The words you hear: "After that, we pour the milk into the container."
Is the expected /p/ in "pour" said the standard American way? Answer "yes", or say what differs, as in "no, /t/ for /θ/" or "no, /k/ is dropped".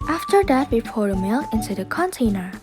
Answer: no, /f/ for /p/